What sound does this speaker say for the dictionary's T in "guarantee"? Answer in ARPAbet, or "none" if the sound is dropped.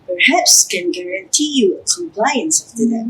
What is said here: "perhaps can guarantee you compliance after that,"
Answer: T